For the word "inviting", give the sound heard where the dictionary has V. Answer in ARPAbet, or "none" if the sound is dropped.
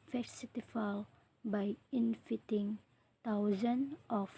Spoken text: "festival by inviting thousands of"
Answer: F